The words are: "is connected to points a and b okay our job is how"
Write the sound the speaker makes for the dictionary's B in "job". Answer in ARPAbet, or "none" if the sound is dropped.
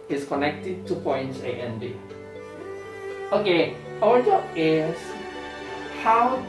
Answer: none